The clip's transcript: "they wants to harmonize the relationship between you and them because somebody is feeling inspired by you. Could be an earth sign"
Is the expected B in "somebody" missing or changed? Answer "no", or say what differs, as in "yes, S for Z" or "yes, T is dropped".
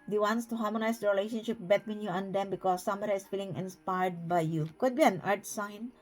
yes, B is dropped